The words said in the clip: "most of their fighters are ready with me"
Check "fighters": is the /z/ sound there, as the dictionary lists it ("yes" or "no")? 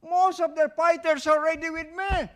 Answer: no